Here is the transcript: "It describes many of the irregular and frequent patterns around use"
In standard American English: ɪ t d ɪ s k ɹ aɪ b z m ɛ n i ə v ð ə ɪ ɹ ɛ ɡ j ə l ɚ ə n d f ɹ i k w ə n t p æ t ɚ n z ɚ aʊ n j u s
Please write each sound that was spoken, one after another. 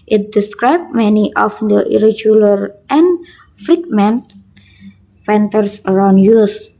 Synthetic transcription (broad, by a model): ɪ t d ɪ s k ɹ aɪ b m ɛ n i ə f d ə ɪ ɹ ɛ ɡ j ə l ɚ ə n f ɹ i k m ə n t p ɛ t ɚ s ɚ aʊ n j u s